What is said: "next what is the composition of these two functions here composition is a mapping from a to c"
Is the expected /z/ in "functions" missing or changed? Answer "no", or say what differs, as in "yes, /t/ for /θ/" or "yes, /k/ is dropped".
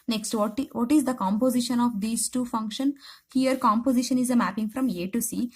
yes, /z/ is dropped